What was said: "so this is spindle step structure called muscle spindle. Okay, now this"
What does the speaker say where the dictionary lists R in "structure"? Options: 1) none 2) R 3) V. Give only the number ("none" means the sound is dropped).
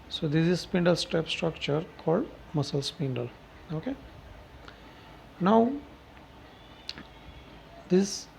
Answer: 2